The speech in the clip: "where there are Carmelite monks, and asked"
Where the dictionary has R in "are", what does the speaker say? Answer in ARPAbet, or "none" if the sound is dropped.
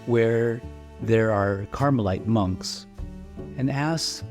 R